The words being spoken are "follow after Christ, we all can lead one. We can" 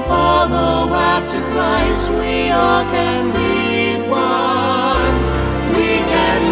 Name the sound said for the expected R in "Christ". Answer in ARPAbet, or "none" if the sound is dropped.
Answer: L